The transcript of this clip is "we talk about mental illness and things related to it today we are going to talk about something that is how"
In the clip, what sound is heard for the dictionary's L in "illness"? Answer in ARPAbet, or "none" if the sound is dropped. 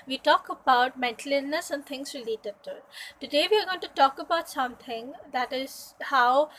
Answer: none